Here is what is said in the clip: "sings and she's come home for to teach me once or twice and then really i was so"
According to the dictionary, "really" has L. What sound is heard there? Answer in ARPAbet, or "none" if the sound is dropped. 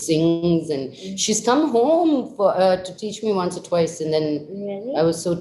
none